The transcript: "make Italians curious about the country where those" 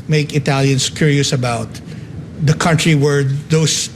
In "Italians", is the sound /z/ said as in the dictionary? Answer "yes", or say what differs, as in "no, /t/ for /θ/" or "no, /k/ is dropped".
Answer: no, /s/ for /z/